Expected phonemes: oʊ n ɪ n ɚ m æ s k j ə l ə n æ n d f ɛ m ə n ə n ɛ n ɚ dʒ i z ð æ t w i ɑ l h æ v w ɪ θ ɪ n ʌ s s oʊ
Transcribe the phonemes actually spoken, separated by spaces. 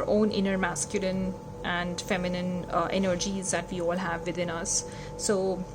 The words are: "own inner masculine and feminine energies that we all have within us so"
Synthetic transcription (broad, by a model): oʊ n ɪ n ɚ m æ s k j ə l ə n æ n d f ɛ m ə n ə n ɛ n ɚ dʒ i z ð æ t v i ɑ l h æ v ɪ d ɪ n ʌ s s oʊ